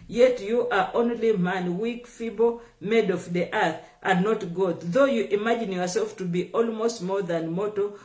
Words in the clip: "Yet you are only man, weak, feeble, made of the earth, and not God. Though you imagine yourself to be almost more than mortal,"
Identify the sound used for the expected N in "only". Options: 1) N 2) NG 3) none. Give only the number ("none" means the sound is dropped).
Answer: 1